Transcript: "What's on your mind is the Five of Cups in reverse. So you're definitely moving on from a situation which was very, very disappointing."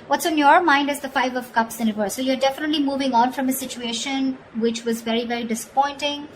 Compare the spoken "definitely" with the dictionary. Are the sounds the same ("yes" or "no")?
yes